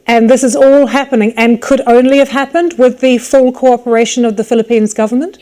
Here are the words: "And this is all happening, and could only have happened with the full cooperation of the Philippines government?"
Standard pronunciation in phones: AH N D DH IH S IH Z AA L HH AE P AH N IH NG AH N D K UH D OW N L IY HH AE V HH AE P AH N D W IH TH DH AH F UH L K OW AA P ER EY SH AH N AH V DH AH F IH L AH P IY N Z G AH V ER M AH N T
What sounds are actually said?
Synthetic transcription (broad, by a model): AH N DH IH S IH Z AA L HH AE P AH N IH NG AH N K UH D OW N L IY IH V HH AE P AH N D W IH DH AH F UH L K OW AA P ER EY SH AH N AH V DH AH F IH L AH P IY N Z G AH V ER M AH N T